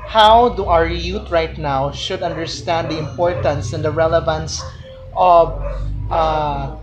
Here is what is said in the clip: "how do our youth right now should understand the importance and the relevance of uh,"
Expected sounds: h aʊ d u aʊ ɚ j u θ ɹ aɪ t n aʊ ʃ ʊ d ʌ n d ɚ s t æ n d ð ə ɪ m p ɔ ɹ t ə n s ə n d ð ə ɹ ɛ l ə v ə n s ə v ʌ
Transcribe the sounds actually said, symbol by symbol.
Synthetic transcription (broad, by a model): h aʊ d u aʊ ɚ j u t ɹ aɪ t n aʊ ʃ ʊ d ʌ n d ɚ s t æ n d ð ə ɪ m p ɔ ɹ t ə n s ə n d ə ɹ ɛ l ə v ə n s ə v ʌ